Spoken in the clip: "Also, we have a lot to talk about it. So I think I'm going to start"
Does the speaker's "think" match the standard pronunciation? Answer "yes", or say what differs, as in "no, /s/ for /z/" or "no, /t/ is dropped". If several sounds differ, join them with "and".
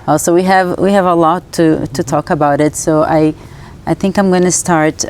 yes